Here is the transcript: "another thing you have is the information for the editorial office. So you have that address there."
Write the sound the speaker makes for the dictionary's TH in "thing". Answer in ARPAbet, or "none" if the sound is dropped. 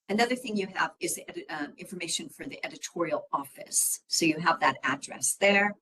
TH